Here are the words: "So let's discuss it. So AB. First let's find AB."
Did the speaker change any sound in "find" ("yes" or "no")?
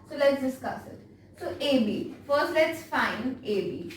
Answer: yes